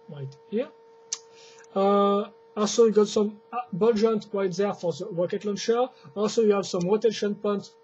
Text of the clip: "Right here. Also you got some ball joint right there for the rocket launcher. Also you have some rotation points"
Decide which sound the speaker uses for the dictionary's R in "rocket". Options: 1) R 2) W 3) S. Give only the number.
2